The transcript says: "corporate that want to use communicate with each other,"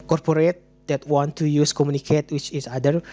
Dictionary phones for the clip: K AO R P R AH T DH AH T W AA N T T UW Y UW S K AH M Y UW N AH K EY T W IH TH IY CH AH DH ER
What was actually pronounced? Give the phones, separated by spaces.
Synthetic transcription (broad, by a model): K AO R P R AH T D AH T W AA N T T UW Y UW S K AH M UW N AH K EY T W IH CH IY S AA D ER